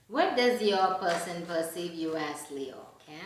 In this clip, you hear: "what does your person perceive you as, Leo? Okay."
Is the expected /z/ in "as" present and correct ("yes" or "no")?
no